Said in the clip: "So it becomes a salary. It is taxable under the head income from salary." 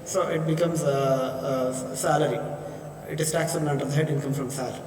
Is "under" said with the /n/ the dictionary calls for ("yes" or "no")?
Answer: no